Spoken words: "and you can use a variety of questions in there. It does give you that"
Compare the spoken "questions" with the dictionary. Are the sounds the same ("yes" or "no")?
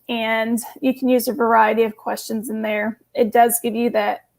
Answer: yes